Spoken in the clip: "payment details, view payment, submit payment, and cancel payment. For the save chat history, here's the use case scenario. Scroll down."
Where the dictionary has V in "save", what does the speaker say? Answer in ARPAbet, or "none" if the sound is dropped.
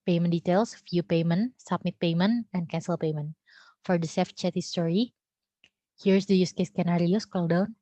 F